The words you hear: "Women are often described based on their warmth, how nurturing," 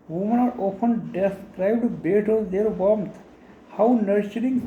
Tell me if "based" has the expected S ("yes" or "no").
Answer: no